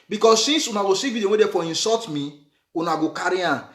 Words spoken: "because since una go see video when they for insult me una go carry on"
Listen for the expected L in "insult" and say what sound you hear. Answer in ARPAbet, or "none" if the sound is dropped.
none